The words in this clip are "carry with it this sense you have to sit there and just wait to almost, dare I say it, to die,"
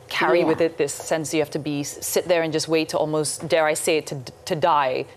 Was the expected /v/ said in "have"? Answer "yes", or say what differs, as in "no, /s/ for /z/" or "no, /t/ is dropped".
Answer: no, /f/ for /v/